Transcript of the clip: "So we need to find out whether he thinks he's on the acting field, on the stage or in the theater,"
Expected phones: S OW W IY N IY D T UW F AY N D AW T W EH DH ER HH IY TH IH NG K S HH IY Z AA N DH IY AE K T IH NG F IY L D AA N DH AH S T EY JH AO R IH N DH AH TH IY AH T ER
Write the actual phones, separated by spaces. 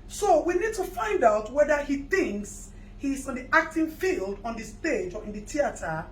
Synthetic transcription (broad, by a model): S OW W IY N IY D T UW F AY N D AW T W EH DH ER HH IY TH IH NG K S HH IY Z AA N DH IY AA K T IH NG F IY L D AA N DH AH S T EY JH AO R IH N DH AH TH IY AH T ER